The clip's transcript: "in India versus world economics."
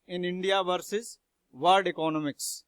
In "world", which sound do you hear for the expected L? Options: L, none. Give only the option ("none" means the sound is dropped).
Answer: none